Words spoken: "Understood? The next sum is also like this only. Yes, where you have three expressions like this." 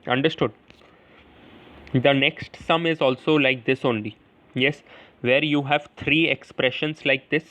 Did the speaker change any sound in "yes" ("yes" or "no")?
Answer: no